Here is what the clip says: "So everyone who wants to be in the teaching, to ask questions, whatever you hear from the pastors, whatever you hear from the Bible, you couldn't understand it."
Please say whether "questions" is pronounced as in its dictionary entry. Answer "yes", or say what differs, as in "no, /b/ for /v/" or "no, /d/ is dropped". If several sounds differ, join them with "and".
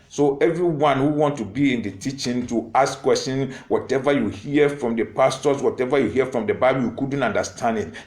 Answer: no, /z/ is dropped